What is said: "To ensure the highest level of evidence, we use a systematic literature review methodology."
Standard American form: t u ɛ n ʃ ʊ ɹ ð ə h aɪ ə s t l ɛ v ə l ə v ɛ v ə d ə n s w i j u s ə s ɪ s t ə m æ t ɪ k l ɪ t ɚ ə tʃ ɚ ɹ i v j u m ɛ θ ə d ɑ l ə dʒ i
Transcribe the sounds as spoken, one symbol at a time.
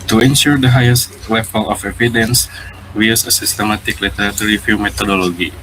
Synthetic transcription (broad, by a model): t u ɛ n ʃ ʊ ɹ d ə h aɪ ə s t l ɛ f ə l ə f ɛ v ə d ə n s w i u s ə s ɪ s t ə m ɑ t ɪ k l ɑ t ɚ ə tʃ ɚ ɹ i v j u m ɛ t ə d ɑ l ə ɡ i